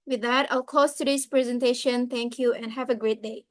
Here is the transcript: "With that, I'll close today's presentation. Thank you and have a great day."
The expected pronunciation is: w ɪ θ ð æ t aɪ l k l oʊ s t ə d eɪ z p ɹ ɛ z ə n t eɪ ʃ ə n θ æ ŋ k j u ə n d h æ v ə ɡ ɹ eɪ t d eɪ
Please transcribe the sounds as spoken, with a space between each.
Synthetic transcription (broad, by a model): w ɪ ð æ t aɪ l k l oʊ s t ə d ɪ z p ɹ ɛ z ə n t eɪ ʃ ə n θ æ ŋ k j u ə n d h æ v ə ɡ ɹ eɪ t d eɪ